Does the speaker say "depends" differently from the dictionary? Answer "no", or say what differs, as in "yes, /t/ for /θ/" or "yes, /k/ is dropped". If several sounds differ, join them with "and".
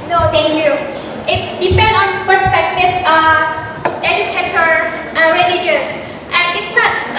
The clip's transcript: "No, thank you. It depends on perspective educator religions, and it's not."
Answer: yes, /z/ is dropped